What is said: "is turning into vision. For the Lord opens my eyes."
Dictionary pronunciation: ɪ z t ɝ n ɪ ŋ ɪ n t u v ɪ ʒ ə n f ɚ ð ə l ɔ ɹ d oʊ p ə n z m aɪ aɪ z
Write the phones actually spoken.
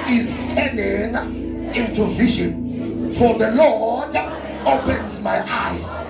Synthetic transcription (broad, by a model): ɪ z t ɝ n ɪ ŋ ɪ n t u v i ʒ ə n f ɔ ð ə l ɔ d oʊ p ə n z m aɪ aɪ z